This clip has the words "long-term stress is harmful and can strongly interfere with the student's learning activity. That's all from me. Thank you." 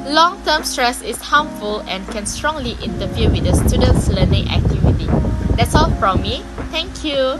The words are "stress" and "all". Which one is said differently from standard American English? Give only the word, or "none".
none